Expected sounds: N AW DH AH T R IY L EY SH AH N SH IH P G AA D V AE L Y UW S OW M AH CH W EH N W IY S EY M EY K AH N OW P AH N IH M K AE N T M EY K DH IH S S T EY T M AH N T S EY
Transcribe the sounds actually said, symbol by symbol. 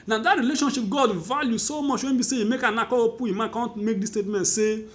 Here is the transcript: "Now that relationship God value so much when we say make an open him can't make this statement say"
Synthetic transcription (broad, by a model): N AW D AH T R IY L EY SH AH N SH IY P G AA D V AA L Y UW S OW M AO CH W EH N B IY S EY M EY K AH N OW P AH IH M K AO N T M EY K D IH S S T EY T M AH N T S EY